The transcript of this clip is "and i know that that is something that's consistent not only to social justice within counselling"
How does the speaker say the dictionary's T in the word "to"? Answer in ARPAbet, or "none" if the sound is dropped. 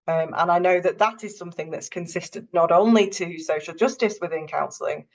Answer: T